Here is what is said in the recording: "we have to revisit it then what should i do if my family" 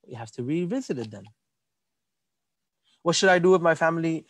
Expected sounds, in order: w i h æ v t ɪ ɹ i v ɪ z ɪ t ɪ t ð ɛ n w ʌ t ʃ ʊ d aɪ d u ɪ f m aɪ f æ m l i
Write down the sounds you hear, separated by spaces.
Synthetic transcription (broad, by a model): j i h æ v t ɪ ɹ i v ɪ z ɪ t ɪ t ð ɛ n w ʌ t ʃ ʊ d aɪ d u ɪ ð m aɪ f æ m l i